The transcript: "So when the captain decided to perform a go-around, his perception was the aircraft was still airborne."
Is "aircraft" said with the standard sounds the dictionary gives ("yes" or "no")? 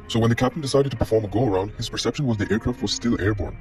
yes